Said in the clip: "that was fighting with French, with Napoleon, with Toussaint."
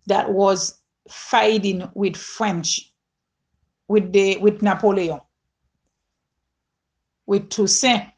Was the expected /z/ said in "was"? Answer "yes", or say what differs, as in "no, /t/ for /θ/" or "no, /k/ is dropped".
yes